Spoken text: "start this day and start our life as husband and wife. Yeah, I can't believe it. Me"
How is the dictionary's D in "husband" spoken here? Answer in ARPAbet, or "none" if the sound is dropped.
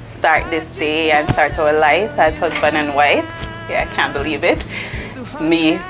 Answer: none